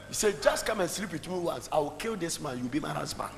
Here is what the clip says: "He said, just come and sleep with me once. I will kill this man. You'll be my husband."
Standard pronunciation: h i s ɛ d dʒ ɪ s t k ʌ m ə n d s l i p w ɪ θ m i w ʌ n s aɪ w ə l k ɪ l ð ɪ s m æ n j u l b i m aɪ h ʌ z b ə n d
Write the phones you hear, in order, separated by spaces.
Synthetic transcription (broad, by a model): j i s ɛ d dʒ ɪ s t k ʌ m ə n s l i p w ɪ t m i w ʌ n s aɪ w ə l k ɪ l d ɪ s m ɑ n j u w b i m aɪ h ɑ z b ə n